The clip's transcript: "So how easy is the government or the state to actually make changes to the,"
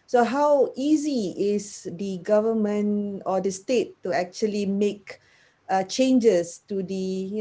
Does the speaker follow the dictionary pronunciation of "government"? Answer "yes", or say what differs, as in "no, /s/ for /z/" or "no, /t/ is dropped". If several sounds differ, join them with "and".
no, /t/ is dropped